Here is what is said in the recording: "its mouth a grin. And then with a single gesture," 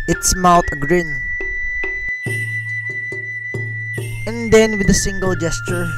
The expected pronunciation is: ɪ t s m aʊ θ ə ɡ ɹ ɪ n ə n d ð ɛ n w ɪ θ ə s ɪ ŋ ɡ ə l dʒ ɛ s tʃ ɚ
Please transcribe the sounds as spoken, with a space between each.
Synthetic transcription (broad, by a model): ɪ t s m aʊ t ə ɡ ɹ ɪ n ə n d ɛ n w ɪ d ə s ɪ ŋ ɡ ə l dʒ ɛ s tʃ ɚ